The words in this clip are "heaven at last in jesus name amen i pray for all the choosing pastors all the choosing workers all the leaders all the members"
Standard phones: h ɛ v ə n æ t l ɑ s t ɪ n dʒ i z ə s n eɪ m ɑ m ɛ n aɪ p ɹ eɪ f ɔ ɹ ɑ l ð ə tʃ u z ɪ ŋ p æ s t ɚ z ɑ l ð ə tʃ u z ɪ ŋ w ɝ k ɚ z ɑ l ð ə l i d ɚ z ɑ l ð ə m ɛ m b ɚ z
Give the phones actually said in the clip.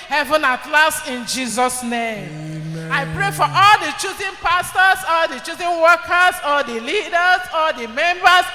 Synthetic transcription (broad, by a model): h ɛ v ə n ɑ t l ɑ s t ɪ n dʒ i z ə s n eɪ m ɑ ɪ p ɹ eɪ f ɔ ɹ ɑ l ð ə tʃ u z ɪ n p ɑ s t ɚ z ɑ l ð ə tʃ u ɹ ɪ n w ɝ k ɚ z ɑ l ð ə l i d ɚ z ɑ l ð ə m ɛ m b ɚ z